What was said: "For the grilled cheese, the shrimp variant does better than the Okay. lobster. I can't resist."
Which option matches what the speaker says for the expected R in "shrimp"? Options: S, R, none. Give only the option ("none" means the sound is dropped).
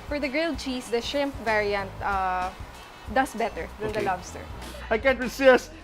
none